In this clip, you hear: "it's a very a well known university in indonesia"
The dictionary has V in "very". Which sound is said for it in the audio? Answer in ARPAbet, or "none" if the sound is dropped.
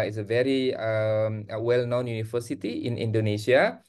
V